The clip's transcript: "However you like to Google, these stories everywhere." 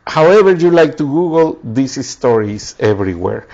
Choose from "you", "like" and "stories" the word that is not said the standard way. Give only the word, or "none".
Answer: stories